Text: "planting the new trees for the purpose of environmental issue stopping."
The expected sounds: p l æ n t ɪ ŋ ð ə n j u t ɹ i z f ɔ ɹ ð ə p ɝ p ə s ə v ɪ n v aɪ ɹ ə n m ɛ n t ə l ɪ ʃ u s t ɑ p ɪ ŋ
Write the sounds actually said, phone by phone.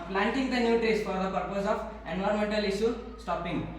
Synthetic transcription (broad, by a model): p l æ n t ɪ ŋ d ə n j u t ɹ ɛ s f ɔ ɹ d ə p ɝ p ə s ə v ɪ n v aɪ ɹ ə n m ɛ n t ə l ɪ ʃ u s t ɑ p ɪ ŋ